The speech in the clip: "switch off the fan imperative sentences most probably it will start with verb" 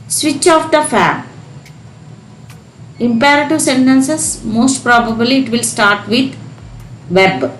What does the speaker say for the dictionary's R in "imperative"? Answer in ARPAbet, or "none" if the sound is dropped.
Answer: R